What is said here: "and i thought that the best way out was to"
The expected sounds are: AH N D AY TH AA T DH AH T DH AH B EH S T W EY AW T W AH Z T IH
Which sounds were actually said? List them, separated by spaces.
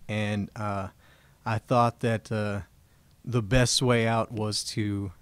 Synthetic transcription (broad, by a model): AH N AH AY TH AA T DH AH T DH AH B EH S T W EY AW T W AH Z T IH